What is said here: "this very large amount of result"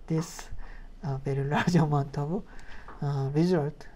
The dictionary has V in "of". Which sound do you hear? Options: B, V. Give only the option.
B